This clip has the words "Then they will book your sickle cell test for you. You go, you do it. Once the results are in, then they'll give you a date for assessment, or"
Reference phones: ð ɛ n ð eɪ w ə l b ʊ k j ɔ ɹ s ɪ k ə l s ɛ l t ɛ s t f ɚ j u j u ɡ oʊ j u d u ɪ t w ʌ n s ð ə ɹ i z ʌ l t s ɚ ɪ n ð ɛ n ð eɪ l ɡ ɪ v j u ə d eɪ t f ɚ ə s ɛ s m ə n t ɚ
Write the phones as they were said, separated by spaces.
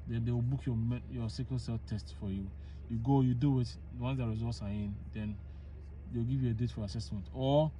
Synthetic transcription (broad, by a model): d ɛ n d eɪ w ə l b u k j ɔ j s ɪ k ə n s ɛ l t ɛ s t f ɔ j u j u ɡ oʊ j u d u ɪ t w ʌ n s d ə ɹ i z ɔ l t s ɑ ɪ n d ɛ n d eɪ w ɡ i v j u ə d eɪ t f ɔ ə s ɛ s m ə n t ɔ